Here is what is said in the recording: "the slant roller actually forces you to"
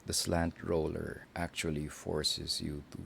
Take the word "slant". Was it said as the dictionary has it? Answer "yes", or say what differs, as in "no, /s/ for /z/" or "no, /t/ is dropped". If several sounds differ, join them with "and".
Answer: yes